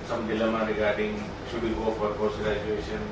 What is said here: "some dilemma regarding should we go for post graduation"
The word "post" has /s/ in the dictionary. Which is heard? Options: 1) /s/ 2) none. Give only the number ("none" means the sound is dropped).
2